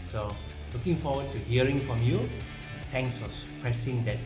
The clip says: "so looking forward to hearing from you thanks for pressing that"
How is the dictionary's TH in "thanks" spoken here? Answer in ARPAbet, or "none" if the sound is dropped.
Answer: T